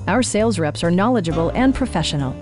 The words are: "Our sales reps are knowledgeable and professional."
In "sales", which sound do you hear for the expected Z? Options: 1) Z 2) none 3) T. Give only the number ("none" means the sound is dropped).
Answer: 1